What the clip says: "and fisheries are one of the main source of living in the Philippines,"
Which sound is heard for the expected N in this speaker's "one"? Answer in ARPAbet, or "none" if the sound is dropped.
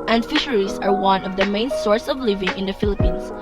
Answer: N